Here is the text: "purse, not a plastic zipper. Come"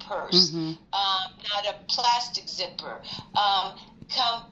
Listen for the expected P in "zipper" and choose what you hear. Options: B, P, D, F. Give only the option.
P